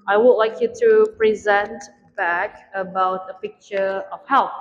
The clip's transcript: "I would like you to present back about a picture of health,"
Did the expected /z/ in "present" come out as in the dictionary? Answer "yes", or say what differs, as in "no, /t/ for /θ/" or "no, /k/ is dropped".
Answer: yes